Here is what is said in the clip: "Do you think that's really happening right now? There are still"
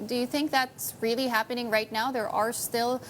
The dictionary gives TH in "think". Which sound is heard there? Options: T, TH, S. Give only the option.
TH